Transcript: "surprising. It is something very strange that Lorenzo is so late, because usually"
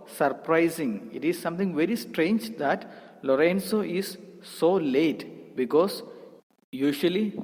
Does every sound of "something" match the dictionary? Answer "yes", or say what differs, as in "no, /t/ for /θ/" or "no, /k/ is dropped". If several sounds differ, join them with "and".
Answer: no, /t/ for /θ/